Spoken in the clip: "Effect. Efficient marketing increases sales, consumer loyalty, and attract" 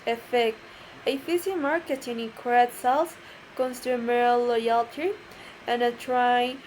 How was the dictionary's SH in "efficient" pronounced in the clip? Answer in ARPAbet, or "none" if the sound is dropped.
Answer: S